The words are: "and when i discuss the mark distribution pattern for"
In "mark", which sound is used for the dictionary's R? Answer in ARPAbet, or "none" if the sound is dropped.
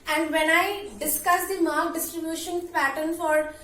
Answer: L